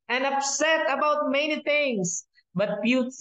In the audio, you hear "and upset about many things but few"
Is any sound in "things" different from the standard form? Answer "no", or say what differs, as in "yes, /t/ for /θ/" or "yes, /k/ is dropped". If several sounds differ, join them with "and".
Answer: yes, /t/ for /θ/